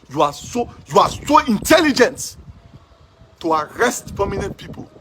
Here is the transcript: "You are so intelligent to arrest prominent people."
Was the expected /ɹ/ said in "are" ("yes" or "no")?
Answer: no